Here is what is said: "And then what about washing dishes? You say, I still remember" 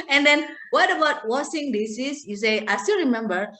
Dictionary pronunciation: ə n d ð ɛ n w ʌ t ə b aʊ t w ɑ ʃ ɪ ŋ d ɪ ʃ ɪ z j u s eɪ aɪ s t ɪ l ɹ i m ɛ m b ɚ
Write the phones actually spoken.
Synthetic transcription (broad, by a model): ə n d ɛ n w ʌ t ə b aʊ t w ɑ s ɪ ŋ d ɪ s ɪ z j u s eɪ aɪ s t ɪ l ɹ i m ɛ m b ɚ